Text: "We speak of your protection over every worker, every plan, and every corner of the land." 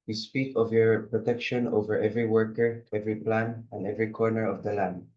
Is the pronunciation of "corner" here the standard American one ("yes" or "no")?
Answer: yes